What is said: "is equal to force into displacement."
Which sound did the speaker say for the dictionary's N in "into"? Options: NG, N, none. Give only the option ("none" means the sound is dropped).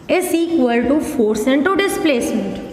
N